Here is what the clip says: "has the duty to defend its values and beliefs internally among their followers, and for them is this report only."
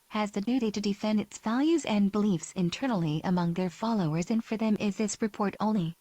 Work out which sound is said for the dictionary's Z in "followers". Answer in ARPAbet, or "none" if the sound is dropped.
Z